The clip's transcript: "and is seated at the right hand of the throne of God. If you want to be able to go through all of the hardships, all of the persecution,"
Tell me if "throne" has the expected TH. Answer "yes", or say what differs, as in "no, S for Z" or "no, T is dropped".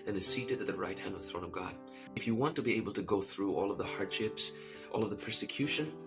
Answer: yes